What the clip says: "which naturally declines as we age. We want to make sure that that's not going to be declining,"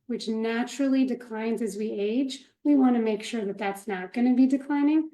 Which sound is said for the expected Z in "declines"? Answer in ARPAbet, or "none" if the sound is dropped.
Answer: Z